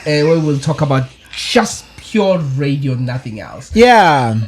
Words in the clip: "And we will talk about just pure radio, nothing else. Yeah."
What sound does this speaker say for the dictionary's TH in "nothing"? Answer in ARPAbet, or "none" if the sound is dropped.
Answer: TH